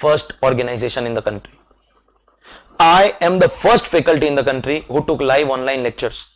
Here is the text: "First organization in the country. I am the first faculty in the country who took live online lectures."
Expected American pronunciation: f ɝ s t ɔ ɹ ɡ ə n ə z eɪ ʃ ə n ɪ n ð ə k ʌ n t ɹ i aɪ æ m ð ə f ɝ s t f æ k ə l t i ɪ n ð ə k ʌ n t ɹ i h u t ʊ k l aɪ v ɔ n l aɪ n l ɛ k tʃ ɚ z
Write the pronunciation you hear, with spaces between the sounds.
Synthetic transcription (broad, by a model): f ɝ s t ɔ ɹ ɡ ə n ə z eɪ ʃ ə n ɪ n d ə k ʌ n t ɹ i aɪ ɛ m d ə f ɝ s t f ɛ k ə l t i ɪ n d ə k ʌ n t ɹ i h u t ʊ k l aɪ v ɔ n l aɪ n l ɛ k tʃ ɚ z